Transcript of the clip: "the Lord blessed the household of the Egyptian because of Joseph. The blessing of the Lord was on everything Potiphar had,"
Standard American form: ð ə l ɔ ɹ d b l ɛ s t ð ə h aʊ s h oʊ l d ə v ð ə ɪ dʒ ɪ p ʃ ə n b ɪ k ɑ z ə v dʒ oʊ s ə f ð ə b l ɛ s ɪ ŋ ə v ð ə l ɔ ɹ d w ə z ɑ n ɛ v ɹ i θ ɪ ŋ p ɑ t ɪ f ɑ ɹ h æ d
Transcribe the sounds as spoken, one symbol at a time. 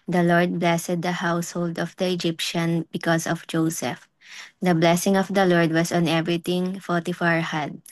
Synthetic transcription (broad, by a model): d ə l ɔ ɹ d b l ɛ s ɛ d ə h aʊ s h oʊ l d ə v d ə ɪ dʒ ɪ p ʃ ə n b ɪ k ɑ s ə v dʒ oʊ s ə f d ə b l ɛ s ɪ ŋ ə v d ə l ɔ ɹ d w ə s ɑ n ɛ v ɹ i t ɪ ŋ f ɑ t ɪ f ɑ ɹ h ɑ d